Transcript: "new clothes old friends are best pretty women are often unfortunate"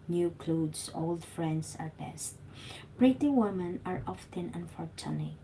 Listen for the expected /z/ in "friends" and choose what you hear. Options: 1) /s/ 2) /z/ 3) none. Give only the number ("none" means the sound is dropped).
1